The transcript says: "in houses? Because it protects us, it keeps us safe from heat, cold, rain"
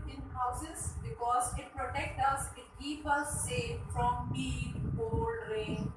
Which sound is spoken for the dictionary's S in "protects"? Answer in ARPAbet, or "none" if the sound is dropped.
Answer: none